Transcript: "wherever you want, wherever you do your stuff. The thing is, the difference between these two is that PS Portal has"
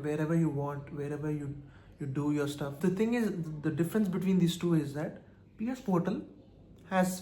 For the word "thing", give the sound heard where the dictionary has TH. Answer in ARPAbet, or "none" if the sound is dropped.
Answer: T